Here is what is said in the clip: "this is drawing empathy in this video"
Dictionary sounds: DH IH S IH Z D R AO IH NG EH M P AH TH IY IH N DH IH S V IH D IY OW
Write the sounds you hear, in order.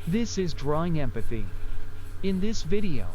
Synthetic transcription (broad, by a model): DH IH S IH Z D R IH IH NG EH M P AH TH IY IH N DH IH S V IH D IY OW